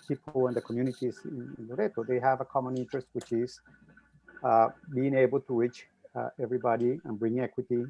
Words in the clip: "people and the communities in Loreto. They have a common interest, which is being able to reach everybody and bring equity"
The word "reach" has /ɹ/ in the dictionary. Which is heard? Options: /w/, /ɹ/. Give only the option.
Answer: /w/